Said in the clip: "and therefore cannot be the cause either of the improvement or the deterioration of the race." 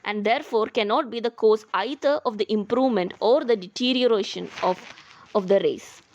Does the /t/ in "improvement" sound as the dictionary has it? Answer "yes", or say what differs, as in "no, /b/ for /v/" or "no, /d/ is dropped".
yes